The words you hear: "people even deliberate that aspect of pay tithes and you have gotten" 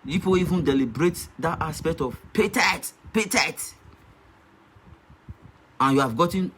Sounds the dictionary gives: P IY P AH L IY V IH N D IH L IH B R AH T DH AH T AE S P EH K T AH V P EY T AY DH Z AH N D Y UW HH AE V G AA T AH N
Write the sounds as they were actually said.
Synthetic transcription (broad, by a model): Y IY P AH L IY V IH N D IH L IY B R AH T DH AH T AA S P EH K T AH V P EY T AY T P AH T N Y UW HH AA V G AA T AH N